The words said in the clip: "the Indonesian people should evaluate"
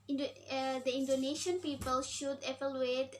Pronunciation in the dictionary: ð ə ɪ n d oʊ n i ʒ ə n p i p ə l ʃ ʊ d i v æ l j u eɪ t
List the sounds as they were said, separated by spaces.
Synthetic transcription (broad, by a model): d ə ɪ n d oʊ n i ʃ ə n p i p ə l ʃ ʊ d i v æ l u eɪ t